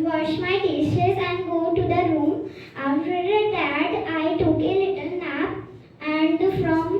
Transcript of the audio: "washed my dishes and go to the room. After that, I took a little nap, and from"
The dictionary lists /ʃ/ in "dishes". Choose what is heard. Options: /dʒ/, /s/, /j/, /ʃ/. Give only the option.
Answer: /s/